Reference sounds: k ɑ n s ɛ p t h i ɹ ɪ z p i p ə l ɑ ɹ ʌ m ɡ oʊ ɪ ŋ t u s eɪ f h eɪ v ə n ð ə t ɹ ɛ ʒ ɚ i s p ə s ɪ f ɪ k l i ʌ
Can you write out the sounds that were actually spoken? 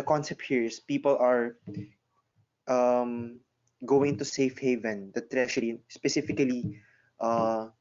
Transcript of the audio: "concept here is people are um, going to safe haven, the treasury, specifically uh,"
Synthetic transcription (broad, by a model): k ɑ n s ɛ p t h i ɹ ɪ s p i p ə l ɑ ɹ ʌ m ɡ oʊ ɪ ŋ t u s eɪ f h eɪ v ə n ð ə t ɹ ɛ ʃ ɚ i s p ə s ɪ f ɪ k l i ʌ